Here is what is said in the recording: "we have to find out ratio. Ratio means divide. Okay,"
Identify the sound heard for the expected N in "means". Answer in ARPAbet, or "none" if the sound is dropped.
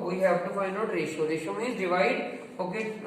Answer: none